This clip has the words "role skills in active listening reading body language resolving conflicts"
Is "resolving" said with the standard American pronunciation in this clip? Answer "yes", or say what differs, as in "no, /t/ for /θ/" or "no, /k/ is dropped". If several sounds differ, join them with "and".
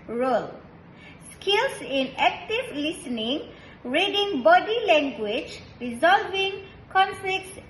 yes